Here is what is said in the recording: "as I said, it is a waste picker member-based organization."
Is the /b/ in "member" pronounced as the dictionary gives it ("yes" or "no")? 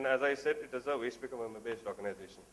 no